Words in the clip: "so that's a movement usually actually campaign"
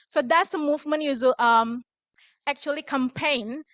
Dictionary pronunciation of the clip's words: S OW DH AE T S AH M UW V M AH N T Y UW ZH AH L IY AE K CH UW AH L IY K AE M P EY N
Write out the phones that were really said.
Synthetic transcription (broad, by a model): S OW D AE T S AH M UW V M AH N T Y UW Z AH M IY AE K CH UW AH L IY K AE M P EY N